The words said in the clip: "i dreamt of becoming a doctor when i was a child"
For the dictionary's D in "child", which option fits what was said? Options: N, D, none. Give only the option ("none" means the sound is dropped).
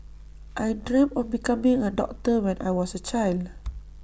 D